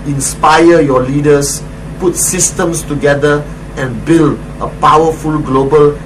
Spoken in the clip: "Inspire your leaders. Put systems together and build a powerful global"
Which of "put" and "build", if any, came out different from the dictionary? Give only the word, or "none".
none